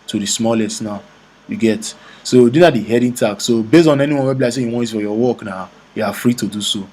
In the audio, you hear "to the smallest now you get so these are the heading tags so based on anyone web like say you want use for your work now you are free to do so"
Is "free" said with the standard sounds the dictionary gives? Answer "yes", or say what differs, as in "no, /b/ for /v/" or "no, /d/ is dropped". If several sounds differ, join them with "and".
yes